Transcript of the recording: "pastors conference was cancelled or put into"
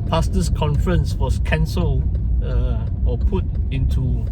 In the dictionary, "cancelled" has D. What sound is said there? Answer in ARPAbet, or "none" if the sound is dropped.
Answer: none